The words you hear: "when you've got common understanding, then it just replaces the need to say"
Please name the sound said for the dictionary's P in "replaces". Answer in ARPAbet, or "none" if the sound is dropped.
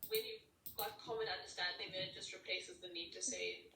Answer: P